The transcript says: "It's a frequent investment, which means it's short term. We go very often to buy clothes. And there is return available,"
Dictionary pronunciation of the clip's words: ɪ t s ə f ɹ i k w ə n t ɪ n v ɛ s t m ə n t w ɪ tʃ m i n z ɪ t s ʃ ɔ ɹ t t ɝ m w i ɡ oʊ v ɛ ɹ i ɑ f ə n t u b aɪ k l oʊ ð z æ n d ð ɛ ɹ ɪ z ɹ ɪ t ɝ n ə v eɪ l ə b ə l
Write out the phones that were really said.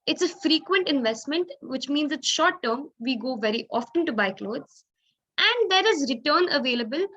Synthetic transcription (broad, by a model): ɪ t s ə f ɹ i k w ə n t ɪ n v ɛ s t m ə n t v ɪ tʃ m i n z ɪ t ʃ ɔ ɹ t t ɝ m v i ɡ oʊ v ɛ ɹ i ɑ f ə n t u b aɪ k l oʊ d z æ n d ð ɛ ɹ ɪ z ɹ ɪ t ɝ n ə v eɪ l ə b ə l